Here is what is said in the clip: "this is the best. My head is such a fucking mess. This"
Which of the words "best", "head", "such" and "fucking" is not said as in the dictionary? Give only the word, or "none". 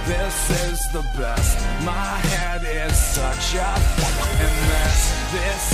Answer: fucking